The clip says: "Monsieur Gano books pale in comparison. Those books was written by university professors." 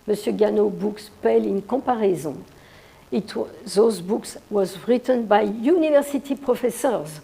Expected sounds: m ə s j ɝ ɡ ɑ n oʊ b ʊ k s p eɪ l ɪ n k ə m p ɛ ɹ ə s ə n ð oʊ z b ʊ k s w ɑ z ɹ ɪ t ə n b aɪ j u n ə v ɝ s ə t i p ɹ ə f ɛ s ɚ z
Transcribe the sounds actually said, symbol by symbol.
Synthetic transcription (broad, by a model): m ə s j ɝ ɡ ɑ n oʊ b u k s p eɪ l ɪ n k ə p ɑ ɹ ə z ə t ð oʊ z b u k s w ɑ z ɹ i t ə n b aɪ j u n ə v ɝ s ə t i p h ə f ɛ s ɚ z